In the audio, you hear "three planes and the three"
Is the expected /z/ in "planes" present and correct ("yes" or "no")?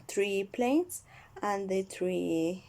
no